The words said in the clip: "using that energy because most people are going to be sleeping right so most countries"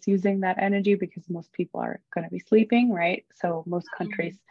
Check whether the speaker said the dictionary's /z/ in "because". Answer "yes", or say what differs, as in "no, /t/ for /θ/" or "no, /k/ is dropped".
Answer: yes